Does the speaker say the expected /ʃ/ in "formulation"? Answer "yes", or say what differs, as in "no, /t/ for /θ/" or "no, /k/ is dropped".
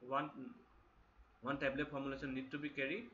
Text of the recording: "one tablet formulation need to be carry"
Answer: no, /s/ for /ʃ/